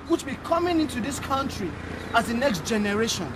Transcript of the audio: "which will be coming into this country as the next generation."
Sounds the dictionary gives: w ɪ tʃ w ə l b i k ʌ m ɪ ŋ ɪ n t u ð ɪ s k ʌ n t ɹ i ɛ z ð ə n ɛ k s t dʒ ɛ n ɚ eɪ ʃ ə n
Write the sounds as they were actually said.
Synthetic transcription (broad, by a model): w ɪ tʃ b i k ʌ m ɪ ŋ ɪ n t u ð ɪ s k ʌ n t ɹ i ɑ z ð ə n ɛ k s t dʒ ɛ n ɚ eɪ ʃ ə n